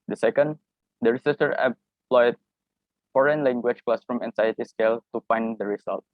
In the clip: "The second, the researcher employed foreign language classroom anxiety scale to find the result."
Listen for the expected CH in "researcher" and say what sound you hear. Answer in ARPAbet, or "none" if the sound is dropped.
S